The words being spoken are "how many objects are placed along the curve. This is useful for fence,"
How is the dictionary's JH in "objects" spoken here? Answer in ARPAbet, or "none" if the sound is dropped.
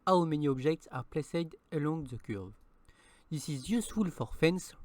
ZH